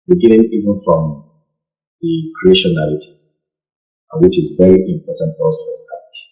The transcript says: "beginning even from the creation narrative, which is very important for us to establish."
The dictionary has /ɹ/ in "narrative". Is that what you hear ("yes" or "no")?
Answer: no